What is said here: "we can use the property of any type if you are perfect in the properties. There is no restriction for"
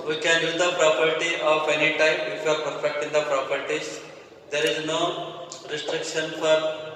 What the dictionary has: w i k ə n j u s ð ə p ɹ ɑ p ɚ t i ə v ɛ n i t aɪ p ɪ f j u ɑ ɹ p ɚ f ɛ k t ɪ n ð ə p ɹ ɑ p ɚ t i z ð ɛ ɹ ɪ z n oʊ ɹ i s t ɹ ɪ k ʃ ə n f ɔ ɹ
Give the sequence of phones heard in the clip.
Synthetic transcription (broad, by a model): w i k ə n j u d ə p ɹ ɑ p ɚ t i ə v ɛ n i t aɪ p ɪ f j u ɑ ɹ p ɚ f ɛ k t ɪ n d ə p ɹ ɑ p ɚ t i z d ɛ ɹ ɪ z n oʊ ɹ i s t ɹ ɪ k ʃ ə n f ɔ ɹ